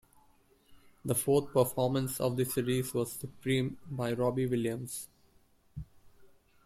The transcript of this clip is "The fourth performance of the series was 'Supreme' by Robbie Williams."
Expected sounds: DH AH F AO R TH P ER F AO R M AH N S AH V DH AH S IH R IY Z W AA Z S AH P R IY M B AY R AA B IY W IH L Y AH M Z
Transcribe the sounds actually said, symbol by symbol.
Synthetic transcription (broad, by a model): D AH F AO R T P ER F AO R M AH N S AH V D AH S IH R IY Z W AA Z S AH P R IY M B AY R AA B IY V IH L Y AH M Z